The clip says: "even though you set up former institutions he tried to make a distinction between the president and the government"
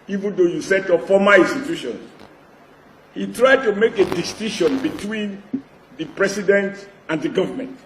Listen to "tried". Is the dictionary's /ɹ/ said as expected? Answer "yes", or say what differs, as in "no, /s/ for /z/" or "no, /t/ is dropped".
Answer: yes